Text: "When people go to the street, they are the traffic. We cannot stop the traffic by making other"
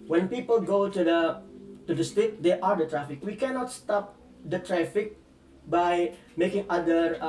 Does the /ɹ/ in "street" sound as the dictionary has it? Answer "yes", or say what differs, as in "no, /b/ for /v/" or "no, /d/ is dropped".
no, /ɹ/ is dropped